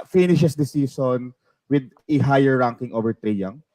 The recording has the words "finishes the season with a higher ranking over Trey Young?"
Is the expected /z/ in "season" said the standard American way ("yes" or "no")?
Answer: no